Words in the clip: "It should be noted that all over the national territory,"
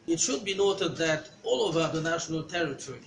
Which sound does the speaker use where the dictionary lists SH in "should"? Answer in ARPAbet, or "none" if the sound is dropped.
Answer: SH